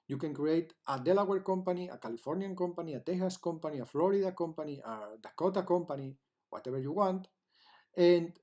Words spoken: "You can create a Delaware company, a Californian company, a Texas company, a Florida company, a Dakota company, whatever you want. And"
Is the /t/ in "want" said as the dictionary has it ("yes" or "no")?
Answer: yes